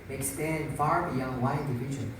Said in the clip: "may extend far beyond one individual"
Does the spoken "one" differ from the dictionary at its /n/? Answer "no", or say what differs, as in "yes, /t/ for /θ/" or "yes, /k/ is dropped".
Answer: yes, /n/ is dropped